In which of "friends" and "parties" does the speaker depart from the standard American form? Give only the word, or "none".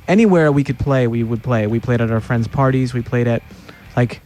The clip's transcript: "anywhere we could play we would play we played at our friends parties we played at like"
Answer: none